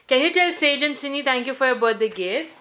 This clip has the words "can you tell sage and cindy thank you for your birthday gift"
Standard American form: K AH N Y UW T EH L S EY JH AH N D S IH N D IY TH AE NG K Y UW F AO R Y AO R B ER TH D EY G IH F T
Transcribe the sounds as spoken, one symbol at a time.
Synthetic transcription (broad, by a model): K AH N Y UW T EH L S EY JH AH N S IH N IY T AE NG K Y UW F AO R Y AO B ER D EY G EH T